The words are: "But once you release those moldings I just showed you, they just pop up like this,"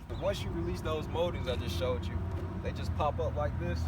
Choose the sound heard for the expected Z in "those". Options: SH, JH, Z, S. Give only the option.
Z